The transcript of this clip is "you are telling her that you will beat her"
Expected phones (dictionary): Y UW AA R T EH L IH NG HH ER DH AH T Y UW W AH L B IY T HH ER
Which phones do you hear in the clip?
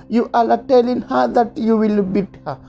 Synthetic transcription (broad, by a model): Y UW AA L T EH L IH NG HH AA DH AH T Y UW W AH L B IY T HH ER